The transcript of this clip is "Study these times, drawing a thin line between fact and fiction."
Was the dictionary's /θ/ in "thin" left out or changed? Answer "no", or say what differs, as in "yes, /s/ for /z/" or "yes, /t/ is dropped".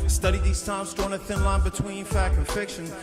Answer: no